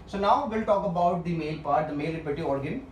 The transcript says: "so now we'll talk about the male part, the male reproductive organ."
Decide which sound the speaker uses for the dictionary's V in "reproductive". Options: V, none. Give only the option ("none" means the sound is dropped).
none